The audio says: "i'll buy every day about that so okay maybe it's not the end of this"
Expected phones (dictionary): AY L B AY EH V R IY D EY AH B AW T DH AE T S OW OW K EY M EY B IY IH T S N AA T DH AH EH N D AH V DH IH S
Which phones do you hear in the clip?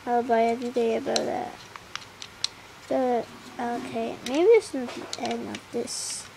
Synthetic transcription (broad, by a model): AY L B AY EH V R IY D EY AH B AW T DH AE T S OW OW K EY M EY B IY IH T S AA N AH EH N AH P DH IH S